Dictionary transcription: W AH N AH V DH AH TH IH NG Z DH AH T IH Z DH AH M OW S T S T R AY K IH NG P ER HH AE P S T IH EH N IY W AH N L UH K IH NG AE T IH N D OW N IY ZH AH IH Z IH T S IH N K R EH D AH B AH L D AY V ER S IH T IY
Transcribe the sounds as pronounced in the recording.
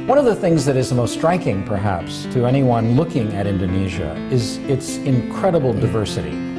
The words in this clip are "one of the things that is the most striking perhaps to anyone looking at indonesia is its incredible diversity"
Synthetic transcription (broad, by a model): W AH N AH V DH AH TH IH NG Z DH AH T IH Z DH AH M OW S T S T R AY K IH NG P ER HH AE P S T IH EH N IY W AH N L UH K IH NG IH T IH N D OW N IY ZH AH IH Z IH T S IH N K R EH D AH B L D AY V ER S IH T IY